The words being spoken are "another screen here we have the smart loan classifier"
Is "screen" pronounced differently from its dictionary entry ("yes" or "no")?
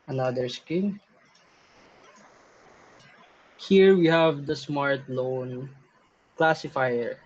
yes